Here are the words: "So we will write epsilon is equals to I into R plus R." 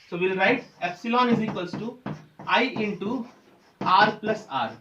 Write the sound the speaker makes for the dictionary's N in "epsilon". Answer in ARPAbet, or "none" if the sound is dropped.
N